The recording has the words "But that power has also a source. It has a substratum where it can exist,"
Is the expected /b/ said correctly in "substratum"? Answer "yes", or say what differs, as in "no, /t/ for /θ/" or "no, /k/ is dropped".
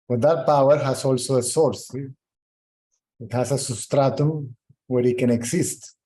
no, /b/ is dropped